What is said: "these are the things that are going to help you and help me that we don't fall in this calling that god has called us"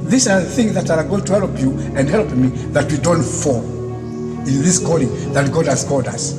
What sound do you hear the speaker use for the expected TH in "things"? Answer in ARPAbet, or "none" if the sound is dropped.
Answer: TH